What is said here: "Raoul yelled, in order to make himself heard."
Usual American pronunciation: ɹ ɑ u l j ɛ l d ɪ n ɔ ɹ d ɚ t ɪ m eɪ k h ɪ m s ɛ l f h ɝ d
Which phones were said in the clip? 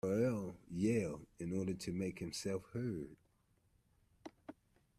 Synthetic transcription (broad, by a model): l j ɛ l ɪ n ɔ ɹ d ɚ t ɪ m eɪ k h ɪ m s ɛ l f h ɝ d